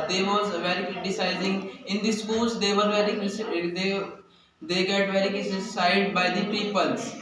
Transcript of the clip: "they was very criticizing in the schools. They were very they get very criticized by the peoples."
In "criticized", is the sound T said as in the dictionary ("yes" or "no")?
no